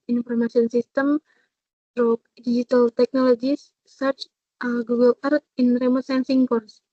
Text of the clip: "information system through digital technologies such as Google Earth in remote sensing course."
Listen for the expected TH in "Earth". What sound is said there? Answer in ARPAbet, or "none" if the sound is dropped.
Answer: T